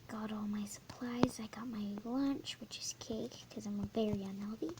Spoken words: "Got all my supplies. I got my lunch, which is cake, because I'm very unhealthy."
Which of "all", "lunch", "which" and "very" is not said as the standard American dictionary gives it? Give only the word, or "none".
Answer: very